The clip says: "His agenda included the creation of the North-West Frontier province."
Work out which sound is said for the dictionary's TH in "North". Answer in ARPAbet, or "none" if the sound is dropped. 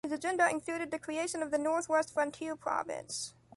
TH